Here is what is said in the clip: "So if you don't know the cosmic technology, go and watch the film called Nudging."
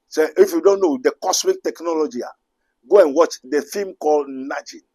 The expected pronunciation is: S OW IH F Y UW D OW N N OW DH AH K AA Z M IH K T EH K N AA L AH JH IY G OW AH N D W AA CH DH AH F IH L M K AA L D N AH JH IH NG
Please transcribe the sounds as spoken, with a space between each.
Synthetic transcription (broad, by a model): S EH IH F Y UW D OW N N OW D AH K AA S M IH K T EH K N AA L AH JH IY G OW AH N W AA CH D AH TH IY M K AA L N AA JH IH